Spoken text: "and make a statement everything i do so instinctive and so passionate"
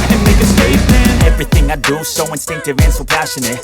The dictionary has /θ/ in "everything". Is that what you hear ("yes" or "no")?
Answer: yes